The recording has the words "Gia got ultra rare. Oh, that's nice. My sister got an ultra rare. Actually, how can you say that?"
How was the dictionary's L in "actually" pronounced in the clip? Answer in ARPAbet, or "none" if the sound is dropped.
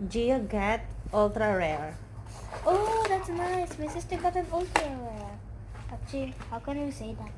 none